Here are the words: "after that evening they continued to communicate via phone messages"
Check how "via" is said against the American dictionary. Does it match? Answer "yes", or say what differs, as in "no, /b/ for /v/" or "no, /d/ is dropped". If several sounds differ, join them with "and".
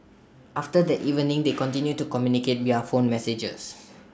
no, /w/ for /v/